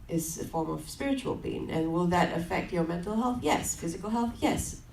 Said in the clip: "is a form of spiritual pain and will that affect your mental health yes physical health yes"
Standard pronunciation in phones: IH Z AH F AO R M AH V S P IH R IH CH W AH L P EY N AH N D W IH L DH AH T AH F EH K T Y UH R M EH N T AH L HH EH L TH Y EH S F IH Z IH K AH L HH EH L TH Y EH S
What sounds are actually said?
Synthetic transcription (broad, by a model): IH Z AH F AO R M AH V S P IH R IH CH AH L B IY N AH N W IH L DH AH T AH F EH K T Y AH R M EH N T L HH EH L TH Y EH S F IH Z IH K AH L HH EH L TH Y EH S